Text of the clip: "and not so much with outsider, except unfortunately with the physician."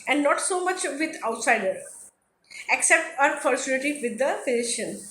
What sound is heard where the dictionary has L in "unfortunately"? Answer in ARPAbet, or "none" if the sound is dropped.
none